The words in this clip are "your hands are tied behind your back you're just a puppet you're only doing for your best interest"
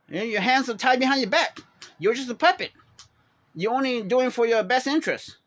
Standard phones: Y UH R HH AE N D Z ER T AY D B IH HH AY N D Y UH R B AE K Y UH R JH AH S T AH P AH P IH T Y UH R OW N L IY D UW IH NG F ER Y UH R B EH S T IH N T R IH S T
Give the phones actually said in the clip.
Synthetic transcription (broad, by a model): Y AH R HH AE N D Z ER T AY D B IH HH AY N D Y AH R B AE K Y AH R JH AH S T AH P AH P IH T Y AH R OW N L IY D UW IH NG F ER Y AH R B EH S T IH N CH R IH S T